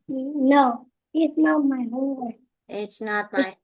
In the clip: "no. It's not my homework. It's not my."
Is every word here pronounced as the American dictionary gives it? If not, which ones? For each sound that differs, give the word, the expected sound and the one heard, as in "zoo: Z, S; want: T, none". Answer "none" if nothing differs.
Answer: homework: K, none